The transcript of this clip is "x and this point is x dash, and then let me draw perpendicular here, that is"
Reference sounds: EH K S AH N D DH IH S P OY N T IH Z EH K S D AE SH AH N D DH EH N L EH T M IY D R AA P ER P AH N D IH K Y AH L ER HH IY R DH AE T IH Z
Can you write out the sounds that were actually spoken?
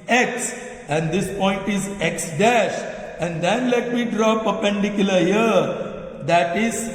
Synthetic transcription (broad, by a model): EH K S AH N D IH S P OY N T IH Z EH K S D AE SH AH N D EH N L EH T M IY D R AA P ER P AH N D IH K Y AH L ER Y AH R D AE T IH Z